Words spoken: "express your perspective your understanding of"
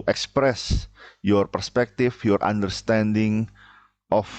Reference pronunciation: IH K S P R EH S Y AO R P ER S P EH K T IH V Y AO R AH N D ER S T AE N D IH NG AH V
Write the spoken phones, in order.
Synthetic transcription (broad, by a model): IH K S P R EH S Y AO R P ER S P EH K T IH F Y AO R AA N D ER S T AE N D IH NG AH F